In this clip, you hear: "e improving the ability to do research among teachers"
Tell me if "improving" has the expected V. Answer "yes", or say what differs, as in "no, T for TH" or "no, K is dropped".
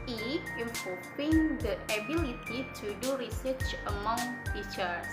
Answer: no, P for V